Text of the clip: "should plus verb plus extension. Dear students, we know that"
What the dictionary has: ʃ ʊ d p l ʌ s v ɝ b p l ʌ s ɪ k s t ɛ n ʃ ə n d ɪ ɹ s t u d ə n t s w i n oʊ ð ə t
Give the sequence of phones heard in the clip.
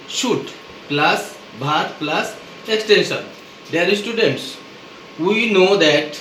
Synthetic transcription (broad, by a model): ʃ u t p l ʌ s b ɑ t p l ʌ s ɪ k s t ɛ n ʃ ə n d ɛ ɹ s t u d ə n t s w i n oʊ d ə t